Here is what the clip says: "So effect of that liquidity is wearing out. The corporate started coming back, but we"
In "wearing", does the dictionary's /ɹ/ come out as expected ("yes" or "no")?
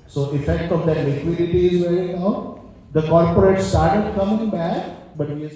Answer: no